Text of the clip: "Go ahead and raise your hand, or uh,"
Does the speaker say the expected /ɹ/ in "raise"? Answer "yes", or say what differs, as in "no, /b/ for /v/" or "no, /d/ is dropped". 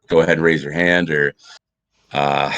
yes